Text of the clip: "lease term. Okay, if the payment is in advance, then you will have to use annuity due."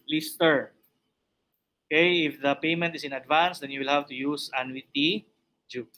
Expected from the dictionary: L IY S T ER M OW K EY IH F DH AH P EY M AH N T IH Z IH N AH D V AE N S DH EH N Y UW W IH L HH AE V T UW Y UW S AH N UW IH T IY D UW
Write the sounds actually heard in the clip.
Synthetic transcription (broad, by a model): L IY S T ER OW K EY IH F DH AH P EY M AH N T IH S IH N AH D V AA N S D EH N Y UW W IH L HH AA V T UW Y UW S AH N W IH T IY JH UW